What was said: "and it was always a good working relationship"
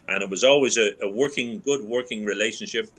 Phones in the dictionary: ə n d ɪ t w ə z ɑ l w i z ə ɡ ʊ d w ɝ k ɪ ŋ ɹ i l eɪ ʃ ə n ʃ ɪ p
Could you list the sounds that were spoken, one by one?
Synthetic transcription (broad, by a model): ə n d ɪ t w ə z ɑ l w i z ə ɡ ʊ d w ɝ k ɪ ŋ ɹ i l eɪ ʃ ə n ʃ ɪ p